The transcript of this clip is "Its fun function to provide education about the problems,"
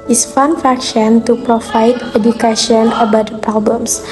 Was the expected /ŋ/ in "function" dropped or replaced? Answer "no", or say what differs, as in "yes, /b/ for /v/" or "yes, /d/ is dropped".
yes, /ŋ/ is dropped